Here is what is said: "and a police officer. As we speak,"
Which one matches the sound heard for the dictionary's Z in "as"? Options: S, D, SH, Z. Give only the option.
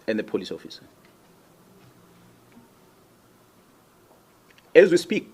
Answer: Z